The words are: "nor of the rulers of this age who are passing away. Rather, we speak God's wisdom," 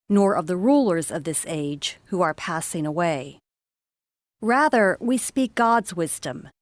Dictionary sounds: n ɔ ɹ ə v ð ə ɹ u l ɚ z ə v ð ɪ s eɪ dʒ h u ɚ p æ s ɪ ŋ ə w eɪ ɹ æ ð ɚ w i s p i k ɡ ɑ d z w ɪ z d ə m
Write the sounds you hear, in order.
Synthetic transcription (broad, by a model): n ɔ ɹ ə v ð ə ɹ u l ɚ z ə v ð ɪ s eɪ dʒ h u ɚ p æ s ɪ ŋ ə w eɪ ɹ æ ð ɚ w i s p i k ɡ ɑ d z w ɪ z d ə m